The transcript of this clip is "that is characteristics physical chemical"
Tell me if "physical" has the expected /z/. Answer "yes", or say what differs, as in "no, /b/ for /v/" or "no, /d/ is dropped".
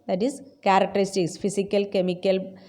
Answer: no, /s/ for /z/